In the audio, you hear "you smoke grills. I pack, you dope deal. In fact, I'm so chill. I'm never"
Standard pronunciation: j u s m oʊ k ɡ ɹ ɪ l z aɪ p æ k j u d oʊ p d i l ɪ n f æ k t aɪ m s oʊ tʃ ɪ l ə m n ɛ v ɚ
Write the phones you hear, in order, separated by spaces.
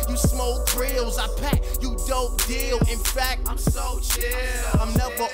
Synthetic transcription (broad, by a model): j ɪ s m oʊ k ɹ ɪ l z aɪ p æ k j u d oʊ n d i l ɪ n f æ k t aɪ m s oʊ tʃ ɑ ə m n ɛ v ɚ